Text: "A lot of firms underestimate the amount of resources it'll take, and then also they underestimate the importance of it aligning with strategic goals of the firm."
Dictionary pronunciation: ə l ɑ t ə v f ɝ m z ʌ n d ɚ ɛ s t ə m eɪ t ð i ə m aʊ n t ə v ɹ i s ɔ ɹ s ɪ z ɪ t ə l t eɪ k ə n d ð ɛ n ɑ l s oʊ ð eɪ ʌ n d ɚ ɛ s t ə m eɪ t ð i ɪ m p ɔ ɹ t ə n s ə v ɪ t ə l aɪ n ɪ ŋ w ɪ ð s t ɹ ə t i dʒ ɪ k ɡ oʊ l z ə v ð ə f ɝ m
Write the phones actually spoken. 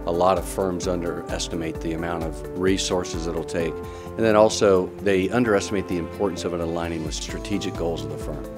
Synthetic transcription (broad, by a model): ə l ɑ t ə v f ɝ m z ʌ n d ɚ ɛ s t ə m eɪ t ð i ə m aʊ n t ə v ɹ i s ɔ ɹ s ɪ z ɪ t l t eɪ k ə n ð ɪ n ɑ l s oʊ ð eɪ ʌ n d ɚ ɛ s t ə m eɪ t ð i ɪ m p ɔ ɹ t n s ə v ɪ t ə l aɪ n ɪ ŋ w ɪ ð s t ɹ ə t i dʒ ɪ k ɡ oʊ l z ə v ð ə f ɝ m